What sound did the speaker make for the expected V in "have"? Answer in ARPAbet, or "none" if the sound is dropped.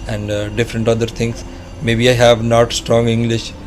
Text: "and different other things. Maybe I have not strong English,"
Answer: V